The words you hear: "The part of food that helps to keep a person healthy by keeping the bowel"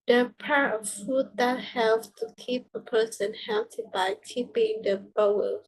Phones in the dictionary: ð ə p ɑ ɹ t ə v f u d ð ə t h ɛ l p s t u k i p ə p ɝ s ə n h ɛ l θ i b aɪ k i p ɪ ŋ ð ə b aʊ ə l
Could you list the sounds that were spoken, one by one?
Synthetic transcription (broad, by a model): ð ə p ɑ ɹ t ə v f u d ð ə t h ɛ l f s t u k i p ə p ɝ s ə n h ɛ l t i b aɪ k i p ɪ ŋ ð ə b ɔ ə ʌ